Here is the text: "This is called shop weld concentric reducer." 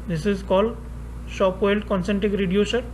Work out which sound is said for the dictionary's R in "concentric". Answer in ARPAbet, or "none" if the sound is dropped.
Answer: none